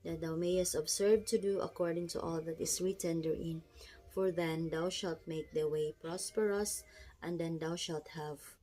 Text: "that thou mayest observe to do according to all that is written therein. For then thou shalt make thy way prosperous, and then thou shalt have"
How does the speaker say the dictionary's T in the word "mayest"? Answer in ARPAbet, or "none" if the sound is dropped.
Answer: T